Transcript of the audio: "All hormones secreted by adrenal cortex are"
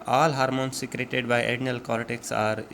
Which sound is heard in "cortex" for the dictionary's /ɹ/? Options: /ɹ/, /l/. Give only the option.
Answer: /l/